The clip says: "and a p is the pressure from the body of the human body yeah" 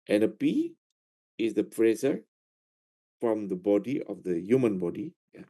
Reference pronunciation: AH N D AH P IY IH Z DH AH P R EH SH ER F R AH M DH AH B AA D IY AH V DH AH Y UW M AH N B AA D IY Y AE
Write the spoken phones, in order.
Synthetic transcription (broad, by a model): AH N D AH P IY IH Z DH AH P R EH S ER F R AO M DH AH B AA D IY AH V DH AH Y UW M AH N B AA D IY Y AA